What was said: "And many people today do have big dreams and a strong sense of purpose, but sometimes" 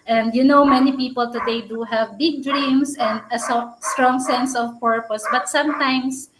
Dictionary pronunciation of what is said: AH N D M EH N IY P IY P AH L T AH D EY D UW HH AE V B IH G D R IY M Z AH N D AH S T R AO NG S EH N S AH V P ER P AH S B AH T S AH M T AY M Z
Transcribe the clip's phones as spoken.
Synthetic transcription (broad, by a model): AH N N M EH N IY P IY P AH L T AH D EY D UW HH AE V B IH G D R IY M S AH N D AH S T R AO NG S EH N S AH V P ER P AH S B AH T S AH M T AY M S